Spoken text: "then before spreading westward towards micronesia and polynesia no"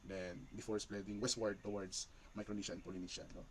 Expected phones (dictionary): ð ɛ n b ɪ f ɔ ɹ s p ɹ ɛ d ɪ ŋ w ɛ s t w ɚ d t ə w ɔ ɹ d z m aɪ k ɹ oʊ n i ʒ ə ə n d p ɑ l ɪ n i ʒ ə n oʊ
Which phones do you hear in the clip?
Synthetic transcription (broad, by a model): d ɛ n b ɪ f ɔ ɹ s p l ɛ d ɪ ŋ w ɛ s t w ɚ d t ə w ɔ ɹ d s m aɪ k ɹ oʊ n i ʃ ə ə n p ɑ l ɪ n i ʃ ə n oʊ